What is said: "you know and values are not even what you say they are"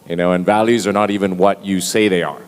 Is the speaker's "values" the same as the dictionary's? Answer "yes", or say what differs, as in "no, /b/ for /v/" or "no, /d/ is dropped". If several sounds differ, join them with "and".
yes